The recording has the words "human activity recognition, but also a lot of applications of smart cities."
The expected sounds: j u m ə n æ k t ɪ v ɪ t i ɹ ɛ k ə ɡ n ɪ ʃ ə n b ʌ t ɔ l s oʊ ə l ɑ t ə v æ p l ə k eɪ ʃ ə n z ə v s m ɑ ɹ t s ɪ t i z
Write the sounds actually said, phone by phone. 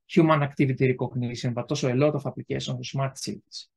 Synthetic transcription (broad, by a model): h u m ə n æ k t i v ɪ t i ɹ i k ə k n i s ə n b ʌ t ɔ s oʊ ə l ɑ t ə f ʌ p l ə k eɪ s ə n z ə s m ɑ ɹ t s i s